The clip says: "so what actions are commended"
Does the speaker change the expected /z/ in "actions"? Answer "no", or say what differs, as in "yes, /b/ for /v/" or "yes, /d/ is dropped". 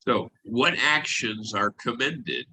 no